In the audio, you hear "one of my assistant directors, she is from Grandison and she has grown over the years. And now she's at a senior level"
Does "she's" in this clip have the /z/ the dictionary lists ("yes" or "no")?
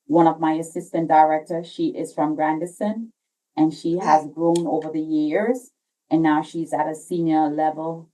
yes